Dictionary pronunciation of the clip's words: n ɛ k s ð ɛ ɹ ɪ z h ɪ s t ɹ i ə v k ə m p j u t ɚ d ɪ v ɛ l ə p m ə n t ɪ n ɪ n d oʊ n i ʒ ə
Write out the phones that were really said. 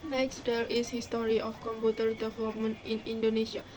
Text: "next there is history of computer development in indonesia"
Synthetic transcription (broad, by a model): n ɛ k s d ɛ l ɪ s h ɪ s t ɹ i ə f k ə m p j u t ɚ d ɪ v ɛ l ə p m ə n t ɪ n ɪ n d oʊ n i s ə